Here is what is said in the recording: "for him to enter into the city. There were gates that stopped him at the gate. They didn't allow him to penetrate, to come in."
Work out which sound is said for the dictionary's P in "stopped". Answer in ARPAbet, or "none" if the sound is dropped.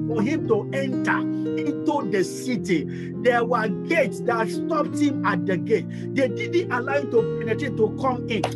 P